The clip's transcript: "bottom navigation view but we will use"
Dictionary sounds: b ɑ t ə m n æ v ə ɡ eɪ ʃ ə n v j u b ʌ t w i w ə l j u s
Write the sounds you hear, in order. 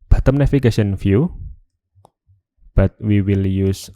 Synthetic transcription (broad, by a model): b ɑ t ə m n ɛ f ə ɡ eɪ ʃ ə n f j u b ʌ t w i w ə l j u s